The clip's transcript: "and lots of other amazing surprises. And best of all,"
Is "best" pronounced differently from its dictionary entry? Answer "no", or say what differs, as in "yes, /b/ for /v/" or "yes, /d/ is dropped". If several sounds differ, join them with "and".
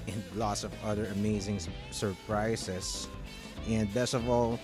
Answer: yes, /t/ is dropped